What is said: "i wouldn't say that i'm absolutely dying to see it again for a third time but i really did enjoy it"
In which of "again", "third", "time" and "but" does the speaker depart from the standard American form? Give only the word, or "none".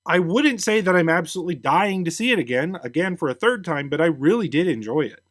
none